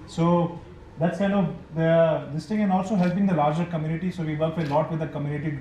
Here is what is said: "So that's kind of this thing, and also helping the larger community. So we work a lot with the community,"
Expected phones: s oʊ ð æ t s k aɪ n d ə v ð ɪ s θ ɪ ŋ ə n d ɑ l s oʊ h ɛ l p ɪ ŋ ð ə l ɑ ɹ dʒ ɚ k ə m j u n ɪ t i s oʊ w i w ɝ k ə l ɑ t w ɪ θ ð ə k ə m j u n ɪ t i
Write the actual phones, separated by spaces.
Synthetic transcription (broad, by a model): s oʊ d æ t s k aɪ n d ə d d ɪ s t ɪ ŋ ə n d ɑ l s oʊ h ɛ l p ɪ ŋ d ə l ɑ ɹ dʒ ɚ k ə m j u n ɪ t i s oʊ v i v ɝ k ə l ɑ t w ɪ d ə k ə m j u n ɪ t i